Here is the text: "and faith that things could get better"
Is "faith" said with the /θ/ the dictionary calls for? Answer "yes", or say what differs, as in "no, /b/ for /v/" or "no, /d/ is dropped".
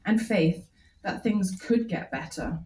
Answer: yes